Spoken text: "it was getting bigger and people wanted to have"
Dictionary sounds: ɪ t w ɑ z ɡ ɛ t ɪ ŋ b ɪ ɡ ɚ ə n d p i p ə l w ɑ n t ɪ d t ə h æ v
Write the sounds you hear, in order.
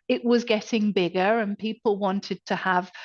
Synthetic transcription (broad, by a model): ɪ t w ɑ z ɡ ɛ t ɪ ŋ b ɪ ɡ ɚ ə n p i p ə l w ɑ n t ɪ d t ə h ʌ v